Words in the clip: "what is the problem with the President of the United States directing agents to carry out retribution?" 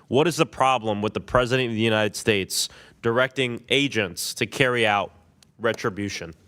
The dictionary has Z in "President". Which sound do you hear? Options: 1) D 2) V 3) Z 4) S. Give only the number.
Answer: 3